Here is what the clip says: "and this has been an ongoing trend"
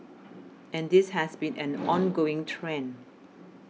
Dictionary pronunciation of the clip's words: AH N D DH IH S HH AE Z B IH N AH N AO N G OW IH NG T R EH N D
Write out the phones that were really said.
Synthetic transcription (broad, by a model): AH N D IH S HH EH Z B IH N AH N AO N G OW IH NG T R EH N